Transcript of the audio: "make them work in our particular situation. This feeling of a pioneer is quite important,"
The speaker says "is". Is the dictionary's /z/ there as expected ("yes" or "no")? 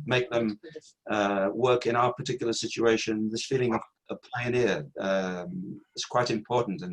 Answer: no